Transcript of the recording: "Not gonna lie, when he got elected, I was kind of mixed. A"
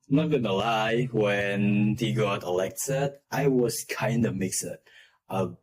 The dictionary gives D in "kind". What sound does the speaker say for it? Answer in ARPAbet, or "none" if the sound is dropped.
D